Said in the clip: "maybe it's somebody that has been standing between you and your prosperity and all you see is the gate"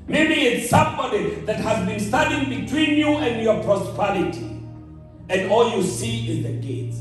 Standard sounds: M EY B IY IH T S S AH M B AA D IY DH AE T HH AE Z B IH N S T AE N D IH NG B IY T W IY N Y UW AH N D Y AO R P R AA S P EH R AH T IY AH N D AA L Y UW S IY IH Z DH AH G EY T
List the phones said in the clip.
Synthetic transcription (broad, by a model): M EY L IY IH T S S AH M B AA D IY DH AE T HH AE Z B IH N S T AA D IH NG B IY T W IY N Y UW AH N D Y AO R P R AA S P EH R AH T IY AH N D AA L Y UW S IY IH Z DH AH G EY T